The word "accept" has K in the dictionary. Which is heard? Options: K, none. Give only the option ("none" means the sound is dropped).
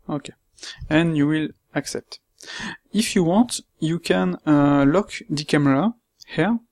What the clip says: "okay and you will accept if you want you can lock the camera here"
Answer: K